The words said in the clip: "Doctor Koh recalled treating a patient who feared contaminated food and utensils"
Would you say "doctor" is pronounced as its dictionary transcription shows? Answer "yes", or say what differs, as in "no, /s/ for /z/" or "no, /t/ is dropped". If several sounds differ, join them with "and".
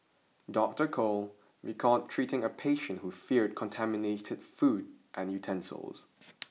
yes